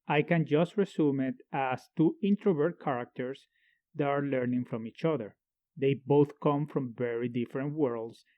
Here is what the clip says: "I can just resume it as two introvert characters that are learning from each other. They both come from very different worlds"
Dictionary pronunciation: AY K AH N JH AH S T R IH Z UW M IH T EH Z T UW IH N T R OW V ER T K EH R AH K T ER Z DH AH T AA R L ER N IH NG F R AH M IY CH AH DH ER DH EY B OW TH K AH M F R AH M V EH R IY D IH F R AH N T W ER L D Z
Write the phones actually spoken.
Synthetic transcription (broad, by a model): AY K AH N JH AH S T R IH S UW M IH T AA S T UW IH N T R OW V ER T K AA R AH K T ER S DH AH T AA R L ER N IH NG F R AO M IY CH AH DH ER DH EY B OW TH K AH M F R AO M V EH R IY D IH F R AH N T W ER L D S